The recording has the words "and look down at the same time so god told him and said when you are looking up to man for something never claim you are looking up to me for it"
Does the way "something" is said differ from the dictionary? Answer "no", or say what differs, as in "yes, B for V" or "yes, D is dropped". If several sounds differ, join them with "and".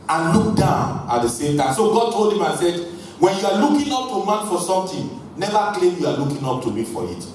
yes, T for TH